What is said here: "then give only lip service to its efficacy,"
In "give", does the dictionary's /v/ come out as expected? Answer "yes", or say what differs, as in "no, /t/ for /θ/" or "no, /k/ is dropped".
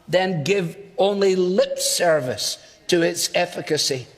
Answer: yes